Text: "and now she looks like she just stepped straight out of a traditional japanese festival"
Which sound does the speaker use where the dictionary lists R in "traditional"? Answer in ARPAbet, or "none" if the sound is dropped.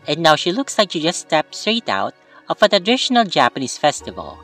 none